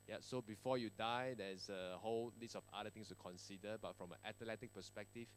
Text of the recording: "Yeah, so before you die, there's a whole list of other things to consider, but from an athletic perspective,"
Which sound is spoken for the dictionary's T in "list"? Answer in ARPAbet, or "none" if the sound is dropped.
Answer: none